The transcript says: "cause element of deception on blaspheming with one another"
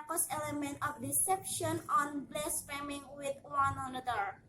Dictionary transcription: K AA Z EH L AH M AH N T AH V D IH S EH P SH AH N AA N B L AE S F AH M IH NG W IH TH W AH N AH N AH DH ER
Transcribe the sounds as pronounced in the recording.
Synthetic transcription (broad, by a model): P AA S EH L AH M AH N T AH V D IH S EH P SH AH N AA N B L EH S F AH M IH NG W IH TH W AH N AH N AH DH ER